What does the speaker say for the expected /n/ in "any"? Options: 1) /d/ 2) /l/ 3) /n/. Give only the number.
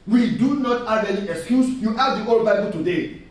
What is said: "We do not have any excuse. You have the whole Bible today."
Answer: 2